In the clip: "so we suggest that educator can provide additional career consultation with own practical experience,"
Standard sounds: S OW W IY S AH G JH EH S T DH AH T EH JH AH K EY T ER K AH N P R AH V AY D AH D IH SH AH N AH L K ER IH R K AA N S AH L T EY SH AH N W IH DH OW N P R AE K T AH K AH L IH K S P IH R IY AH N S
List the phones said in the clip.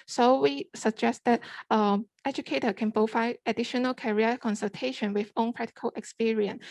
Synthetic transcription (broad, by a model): S OW W IY S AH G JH EH S T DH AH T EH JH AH K EY T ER K AH N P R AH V AY AH D IH SH AH N AH L K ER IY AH K AA N S AH L T EY SH AH N W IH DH OW N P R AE K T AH K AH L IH K S P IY R IY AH N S